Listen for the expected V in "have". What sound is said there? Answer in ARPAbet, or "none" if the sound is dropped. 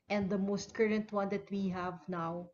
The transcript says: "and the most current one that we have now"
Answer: V